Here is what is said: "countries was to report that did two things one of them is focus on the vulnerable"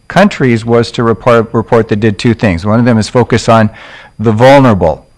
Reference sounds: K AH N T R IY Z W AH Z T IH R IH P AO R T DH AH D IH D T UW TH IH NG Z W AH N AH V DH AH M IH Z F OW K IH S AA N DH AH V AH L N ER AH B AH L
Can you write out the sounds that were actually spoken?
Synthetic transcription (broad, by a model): K AH N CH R IY Z W AH Z T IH R IH P AO R T DH AH D IH D T UW TH IH NG Z W AH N AH V DH AH M IH Z F OW K IH S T N DH AH V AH L N ER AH B L